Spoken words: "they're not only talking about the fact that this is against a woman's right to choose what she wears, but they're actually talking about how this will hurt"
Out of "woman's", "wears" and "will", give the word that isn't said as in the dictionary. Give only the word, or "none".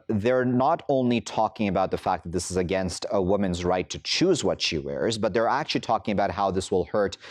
none